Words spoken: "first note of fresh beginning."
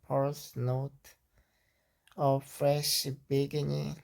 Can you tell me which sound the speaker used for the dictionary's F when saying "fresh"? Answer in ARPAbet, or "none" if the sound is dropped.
F